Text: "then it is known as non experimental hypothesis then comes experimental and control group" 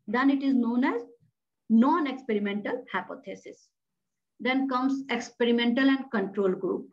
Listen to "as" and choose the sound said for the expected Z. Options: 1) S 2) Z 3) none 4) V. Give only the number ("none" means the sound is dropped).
2